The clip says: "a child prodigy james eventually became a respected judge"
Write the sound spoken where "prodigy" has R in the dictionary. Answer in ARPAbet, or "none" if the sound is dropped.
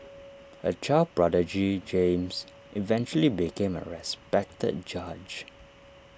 R